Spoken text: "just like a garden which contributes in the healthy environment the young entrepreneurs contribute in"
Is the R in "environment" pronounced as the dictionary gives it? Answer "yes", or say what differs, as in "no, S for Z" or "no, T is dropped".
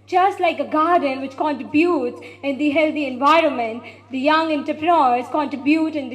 yes